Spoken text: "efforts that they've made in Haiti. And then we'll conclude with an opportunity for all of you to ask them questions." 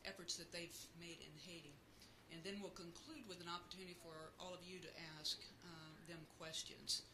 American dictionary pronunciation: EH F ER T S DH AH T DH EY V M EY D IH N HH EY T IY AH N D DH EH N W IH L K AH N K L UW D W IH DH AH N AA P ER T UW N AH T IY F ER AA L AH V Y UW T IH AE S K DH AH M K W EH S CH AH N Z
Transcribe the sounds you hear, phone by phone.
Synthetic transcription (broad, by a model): EH F ER T S DH AH T DH EY V M EY D IH N HH EY T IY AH N DH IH N W IH L K AH N K L UW D W IH DH AH N AA P ER T UW N AH T IY F ER AA L AH V Y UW T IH AE S K DH AH M K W EH S CH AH N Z